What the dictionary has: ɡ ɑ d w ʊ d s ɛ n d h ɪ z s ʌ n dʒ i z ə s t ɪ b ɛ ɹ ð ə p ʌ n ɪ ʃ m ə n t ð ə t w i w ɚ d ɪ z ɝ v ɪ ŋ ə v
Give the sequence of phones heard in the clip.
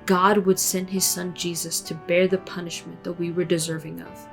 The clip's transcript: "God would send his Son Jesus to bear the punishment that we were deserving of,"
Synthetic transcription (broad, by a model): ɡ ɑ d w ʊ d s ɛ n d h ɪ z s ʌ n dʒ i z ə s t ɪ b ɛ ɹ ð ə p ʌ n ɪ ʃ m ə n ð ə t w i w ɚ d ɪ z ɝ v ɪ ŋ ə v